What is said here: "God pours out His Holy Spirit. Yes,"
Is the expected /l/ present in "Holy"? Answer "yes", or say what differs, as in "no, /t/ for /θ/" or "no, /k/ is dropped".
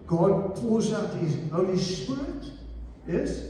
no, /l/ is dropped